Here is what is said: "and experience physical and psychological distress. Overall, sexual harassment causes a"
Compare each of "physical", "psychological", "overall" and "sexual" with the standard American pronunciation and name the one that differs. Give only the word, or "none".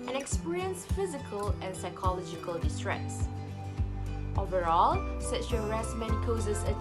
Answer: sexual